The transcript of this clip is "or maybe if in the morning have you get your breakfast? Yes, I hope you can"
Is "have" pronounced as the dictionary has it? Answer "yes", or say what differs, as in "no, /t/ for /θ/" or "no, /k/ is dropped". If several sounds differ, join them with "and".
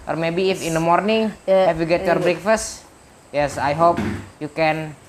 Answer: no, /f/ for /v/